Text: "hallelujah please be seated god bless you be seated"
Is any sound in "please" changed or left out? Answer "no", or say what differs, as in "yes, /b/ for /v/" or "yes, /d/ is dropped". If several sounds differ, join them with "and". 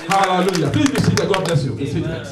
yes, /z/ is dropped